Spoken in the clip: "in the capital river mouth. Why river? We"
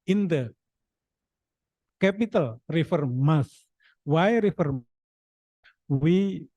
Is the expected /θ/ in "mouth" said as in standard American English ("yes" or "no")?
no